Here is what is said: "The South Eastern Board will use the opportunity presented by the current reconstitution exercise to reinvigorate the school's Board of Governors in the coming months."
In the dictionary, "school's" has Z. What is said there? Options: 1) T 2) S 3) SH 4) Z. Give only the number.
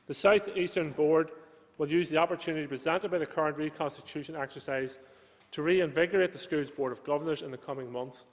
4